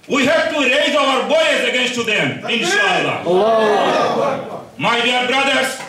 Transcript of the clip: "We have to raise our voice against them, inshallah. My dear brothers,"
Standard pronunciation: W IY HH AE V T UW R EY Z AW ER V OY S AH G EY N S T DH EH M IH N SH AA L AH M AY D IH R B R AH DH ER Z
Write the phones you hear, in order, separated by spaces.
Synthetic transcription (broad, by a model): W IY HH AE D T UW R EY Z AW ER B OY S AH G EY N S T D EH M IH N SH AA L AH M AY D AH R B R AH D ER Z